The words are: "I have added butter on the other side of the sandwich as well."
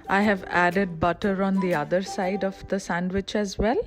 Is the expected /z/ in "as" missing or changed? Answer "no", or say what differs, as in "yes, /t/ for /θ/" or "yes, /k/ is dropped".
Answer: no